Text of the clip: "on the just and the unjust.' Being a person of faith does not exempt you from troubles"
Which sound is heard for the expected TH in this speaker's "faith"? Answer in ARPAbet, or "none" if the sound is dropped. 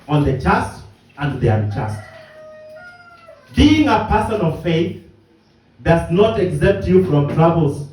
TH